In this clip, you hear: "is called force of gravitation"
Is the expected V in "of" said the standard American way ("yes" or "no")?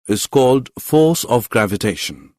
yes